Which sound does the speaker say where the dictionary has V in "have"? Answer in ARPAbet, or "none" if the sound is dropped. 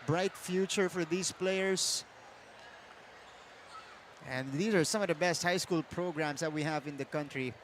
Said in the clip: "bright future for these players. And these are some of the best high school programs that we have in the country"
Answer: V